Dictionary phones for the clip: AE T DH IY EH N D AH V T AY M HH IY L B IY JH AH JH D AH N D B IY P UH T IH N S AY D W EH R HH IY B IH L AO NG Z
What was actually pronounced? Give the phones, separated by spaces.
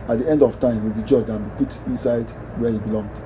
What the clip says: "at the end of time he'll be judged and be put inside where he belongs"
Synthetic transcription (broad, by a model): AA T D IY EH N D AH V T AY M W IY L B IY JH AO JH AH N B IY P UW T IH N S AY D W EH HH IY B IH L AO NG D